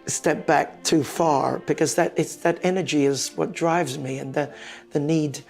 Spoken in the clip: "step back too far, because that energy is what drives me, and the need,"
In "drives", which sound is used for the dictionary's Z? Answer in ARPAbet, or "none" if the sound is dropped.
Z